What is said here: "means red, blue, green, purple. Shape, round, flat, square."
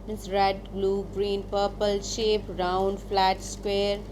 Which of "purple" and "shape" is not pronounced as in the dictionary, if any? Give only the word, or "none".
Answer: none